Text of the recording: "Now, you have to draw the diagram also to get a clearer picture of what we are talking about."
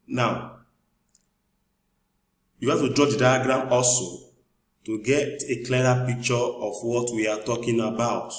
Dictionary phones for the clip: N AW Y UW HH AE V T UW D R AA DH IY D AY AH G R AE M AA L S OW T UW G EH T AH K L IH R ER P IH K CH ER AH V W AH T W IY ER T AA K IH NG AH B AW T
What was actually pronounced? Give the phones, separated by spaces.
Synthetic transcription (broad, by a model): N AW Y UW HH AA F T UW D R AA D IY D AY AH G R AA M AA L S OW T UW G EH T AH K L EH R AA P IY K CH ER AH F W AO T W IY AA T AA K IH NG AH B AW T